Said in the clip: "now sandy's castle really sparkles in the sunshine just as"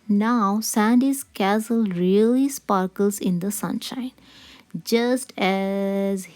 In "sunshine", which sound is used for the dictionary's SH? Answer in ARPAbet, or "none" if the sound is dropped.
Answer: SH